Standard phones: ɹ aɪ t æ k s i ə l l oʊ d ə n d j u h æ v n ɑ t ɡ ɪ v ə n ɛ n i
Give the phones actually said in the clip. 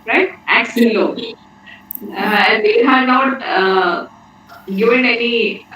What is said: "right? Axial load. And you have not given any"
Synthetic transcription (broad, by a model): ɹ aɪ t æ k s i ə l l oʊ ə n d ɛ h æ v n ɑ t ɡ ɪ v ə n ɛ n i